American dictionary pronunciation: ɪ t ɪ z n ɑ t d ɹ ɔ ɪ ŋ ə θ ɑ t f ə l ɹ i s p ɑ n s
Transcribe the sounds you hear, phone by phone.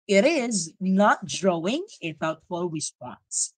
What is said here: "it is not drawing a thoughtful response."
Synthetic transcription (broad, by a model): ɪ t ɪ z n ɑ t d ɹ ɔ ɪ ŋ ə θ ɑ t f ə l ɹ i s p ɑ n s